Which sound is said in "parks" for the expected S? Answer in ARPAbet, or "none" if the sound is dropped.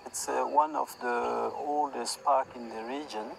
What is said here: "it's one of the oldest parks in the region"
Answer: none